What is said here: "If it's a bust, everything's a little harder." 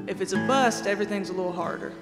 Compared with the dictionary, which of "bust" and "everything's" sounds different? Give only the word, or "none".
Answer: none